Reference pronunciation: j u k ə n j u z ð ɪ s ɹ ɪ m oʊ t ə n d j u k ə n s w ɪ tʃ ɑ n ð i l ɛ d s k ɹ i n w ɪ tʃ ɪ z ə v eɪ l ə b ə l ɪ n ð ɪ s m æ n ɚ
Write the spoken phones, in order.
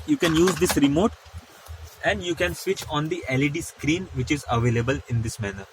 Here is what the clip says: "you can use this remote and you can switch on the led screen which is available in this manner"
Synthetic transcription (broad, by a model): j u k ə n j u z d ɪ s ɹ ɪ m oʊ t ə n d j u k ə n s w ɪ tʃ ɑ n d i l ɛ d s k ɹ i n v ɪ tʃ ɪ z ə v eɪ l ə b ə l ɪ n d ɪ s m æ n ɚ